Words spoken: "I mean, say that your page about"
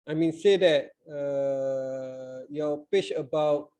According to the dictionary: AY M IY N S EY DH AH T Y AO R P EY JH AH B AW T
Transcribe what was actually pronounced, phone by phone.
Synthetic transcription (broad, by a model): AY M IY N S EY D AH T Y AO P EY CH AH B AW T